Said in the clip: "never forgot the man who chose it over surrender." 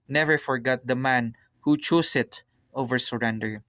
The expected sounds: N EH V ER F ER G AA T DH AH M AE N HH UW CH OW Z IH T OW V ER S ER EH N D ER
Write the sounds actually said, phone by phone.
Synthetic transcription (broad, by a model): N EH V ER F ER G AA T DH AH M AE N HH UW CH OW S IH T OW V ER S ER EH N D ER